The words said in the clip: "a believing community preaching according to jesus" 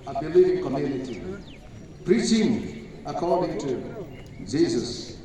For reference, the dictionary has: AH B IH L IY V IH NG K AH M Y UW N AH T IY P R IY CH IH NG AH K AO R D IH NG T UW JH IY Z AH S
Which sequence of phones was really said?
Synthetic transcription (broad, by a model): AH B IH L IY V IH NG K AH M Y UW N AH T IY P R IY CH IH NG AH K AO R D IH NG T UW JH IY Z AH S